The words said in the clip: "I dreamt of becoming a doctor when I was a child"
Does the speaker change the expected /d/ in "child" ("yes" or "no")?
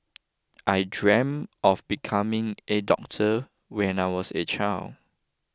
yes